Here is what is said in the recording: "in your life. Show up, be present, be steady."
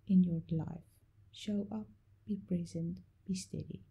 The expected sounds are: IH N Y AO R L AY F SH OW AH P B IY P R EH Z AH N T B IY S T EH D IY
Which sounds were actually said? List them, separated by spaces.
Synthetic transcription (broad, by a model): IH N Y AO R L AY F SH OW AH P B IY P R EH Z AH N T B IY S T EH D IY